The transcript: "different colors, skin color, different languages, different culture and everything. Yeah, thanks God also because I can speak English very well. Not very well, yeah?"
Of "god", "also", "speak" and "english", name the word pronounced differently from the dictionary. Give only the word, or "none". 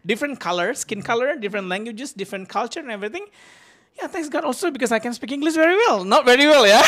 english